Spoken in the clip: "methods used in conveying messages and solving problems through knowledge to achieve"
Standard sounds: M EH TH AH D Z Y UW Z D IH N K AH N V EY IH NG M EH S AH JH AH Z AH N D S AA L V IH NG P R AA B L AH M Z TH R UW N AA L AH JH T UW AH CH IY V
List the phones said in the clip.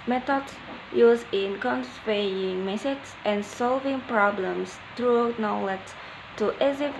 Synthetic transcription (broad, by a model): M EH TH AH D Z Y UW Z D IH N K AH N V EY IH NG M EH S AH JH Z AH N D S AA L V IH NG P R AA B L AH M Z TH R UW N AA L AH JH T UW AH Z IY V